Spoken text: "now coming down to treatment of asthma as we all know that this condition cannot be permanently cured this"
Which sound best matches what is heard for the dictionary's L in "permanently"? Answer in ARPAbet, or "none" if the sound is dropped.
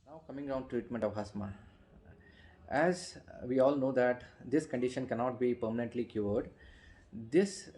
L